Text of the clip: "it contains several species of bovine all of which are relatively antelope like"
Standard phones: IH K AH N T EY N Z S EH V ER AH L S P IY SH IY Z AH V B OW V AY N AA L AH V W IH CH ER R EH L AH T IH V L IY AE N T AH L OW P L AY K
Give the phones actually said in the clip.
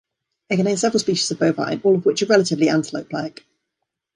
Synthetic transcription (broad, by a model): IH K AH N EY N S EH V ER AH L S P IY SH IY Z AH V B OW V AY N AA L AH V W IH CH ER R EH L AH T IH V L IY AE N T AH L OW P L AY K